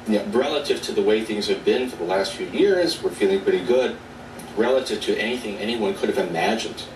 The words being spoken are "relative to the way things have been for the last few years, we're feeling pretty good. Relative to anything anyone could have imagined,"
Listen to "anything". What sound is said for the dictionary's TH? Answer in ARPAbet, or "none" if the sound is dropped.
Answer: TH